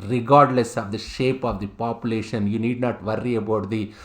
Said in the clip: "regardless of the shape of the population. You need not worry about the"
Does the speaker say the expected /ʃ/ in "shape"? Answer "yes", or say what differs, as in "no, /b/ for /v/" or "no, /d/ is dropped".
yes